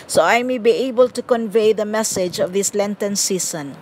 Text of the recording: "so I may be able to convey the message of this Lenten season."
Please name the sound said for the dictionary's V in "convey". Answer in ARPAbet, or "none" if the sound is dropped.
V